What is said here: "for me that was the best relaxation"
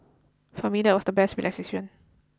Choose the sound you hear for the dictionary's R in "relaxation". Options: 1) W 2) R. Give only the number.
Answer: 1